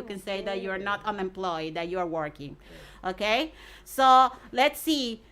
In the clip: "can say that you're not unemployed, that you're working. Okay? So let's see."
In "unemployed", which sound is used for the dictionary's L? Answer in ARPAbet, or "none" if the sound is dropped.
L